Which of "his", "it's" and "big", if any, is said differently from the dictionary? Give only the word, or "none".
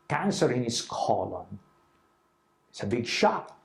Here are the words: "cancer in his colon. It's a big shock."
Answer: his